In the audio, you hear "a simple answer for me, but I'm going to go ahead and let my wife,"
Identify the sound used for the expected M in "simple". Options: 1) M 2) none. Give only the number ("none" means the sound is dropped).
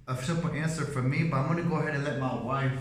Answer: 2